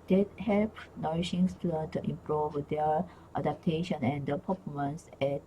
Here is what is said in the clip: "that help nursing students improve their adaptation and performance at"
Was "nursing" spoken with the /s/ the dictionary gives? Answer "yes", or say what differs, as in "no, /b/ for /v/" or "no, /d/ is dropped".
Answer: no, /ʃ/ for /s/